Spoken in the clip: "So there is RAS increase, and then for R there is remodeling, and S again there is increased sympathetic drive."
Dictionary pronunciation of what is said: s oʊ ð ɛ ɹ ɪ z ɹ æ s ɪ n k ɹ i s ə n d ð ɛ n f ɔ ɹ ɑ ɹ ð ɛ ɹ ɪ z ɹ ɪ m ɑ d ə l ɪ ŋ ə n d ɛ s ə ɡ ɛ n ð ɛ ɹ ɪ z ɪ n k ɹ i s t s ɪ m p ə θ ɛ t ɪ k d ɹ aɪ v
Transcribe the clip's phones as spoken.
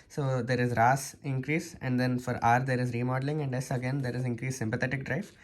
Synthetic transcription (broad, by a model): s oʊ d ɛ ɹ ɪ z ɹ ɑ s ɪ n k ɹ i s ə n d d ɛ n f ɔ ɹ ɑ ɹ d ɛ ɹ ɪ z ɹ ɪ m ɑ d ə l ɪ ŋ ə n d ɛ s ə ɡ ɛ n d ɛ ɹ ɪ z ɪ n k ɹ i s s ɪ m p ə t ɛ t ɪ k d ɹ aɪ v